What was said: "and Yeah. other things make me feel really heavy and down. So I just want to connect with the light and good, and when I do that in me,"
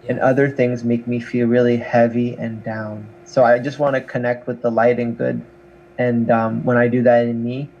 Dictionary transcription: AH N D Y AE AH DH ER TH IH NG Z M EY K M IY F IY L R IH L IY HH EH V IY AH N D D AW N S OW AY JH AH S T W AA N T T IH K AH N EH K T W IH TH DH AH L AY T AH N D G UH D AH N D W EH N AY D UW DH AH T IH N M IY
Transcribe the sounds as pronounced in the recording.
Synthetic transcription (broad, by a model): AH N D AH DH ER TH IH NG Z M EY K M IY F IY L R IH L IY HH EH V IY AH N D D AW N S OW AY JH AH S T W AA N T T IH K AH N EH K T W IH DH AH L AY T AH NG G UH D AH N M W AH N AY D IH DH AH T IH N M IY